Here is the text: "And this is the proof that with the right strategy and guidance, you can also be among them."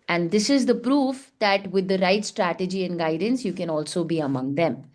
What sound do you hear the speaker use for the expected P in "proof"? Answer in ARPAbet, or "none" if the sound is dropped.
P